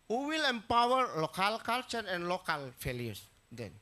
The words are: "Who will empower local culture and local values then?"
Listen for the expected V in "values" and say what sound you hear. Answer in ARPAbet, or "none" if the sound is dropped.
F